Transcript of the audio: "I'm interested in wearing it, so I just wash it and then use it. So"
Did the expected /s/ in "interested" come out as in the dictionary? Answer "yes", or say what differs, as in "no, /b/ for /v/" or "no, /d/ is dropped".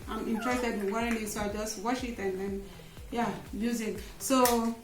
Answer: no, /s/ is dropped